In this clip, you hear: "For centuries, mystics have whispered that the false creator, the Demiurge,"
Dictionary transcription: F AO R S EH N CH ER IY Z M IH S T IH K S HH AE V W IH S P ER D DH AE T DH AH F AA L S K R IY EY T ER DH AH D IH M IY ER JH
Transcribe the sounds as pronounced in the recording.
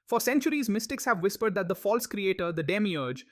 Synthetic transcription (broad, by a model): F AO R S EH N CH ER IY Z M IH S T IH K S HH AE V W IH S P ER D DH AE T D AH F AA L S K R IY EY T ER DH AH D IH M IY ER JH